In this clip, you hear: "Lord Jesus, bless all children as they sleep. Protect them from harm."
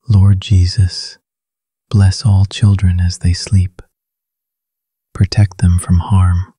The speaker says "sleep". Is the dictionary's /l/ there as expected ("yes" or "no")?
yes